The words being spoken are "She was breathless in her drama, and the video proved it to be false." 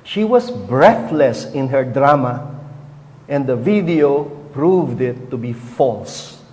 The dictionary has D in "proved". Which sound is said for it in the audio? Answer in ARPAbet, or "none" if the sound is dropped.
D